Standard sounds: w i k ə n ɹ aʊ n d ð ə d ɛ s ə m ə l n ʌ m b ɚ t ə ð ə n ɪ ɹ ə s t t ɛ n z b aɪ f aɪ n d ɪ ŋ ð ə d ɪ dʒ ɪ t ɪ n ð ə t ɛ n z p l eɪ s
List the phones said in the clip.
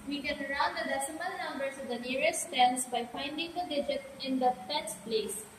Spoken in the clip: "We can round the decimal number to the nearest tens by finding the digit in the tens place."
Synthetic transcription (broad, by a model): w i k ə n ɹ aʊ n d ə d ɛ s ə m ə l n ʌ m b ɚ s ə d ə n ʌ ɹ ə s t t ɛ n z b aɪ f aɪ n d ɪ ŋ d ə d ɪ dʒ ɪ t ɪ n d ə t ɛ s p l eɪ s